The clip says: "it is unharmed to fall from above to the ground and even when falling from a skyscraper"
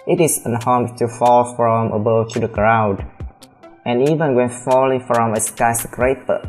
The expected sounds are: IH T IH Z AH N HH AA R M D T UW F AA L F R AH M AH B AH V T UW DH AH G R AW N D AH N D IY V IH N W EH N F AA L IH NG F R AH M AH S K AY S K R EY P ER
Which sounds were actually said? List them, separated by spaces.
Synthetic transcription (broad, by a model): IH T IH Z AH N HH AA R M T UW F AA L F R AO M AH B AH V T UW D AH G R AW D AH N IY V IH N W EH N F AA L IH NG F R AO M AH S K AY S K R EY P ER